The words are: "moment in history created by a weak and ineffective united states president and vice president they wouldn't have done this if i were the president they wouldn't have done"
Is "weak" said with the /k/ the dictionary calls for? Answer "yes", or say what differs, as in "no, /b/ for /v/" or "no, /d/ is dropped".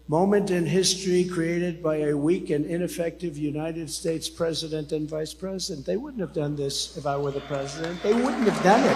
yes